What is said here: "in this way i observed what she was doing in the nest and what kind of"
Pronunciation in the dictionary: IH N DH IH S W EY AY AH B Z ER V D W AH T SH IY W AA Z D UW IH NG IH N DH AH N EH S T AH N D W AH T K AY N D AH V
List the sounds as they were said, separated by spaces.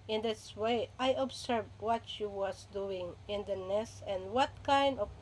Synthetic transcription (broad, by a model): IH N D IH S W EY AY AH B S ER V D W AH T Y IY W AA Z D UW IH NG IH N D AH N EH S T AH N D W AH T K AY N D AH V